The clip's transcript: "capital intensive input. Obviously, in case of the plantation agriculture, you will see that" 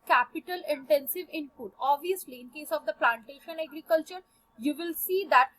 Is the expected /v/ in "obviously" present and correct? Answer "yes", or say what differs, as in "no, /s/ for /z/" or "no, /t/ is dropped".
yes